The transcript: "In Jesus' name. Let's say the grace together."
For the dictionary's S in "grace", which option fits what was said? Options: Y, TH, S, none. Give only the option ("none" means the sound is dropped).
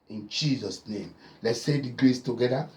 S